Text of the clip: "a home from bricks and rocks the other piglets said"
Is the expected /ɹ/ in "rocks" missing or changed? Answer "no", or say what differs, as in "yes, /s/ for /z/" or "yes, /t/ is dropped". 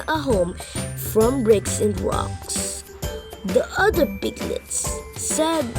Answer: yes, /w/ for /ɹ/